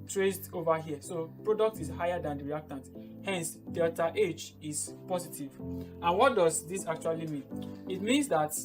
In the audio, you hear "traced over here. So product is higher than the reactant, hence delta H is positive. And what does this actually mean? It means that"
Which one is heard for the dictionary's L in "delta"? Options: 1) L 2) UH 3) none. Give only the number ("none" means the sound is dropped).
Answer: 3